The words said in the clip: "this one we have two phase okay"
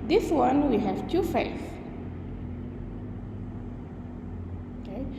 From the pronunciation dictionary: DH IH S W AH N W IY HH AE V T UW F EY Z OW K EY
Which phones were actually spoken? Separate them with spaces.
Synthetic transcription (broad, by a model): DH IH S W AH N W IY HH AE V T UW F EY IH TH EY